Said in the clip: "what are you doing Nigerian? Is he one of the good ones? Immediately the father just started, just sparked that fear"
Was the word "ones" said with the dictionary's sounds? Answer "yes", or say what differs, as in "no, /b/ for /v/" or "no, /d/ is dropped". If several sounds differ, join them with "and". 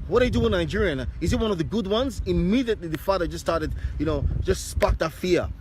yes